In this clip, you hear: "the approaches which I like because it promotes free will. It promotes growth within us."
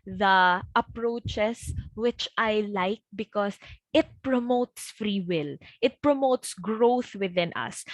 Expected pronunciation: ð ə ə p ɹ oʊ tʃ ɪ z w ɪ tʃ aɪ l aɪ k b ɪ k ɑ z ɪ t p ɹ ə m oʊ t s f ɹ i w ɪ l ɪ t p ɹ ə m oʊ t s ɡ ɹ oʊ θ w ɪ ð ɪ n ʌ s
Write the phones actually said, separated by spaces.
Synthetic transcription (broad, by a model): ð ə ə p ɹ oʊ tʃ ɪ s w ɪ tʃ aɪ l aɪ k b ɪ k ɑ s ɪ t p ɹ ə m oʊ t s f ɹ i w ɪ l ɪ t p ɹ ə m oʊ t s ɡ ɹ oʊ θ w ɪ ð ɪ n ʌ s